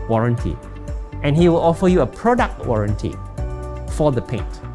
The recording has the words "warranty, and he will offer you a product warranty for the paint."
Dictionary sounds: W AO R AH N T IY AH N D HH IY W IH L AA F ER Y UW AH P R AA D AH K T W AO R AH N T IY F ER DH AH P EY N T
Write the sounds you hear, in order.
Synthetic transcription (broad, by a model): W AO R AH N T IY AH N HH IY W IH L AA F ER Y UW AH P R AA D AH K T W AO R AH N T IY F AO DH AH P EY N T